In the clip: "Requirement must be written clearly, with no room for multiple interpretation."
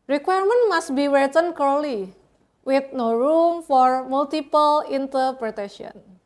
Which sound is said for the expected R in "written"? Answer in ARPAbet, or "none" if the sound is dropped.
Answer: W